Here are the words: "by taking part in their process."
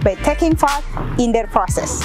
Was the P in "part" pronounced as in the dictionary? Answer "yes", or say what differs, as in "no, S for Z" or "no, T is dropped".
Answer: no, F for P